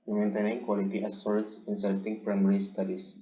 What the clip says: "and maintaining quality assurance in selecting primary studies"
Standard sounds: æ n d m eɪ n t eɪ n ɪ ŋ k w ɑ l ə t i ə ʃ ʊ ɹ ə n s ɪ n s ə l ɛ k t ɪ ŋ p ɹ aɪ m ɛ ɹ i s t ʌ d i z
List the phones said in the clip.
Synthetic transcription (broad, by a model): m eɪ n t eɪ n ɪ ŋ k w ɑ l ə t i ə s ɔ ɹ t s ɪ n s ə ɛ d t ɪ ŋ p ɹ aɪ m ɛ ɹ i s t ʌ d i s